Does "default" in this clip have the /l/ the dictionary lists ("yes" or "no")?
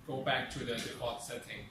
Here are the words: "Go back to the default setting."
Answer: no